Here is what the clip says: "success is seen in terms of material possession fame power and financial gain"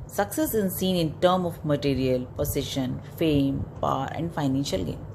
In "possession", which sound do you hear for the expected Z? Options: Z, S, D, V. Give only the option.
S